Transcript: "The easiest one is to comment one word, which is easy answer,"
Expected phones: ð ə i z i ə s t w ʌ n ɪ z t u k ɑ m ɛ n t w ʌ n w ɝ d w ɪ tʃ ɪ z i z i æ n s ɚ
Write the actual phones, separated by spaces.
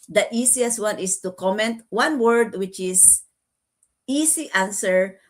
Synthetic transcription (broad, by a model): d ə i s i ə s t w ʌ n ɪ s t u k ɑ m ɛ n t w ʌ n w ɝ d w ɪ tʃ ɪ s i s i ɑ n s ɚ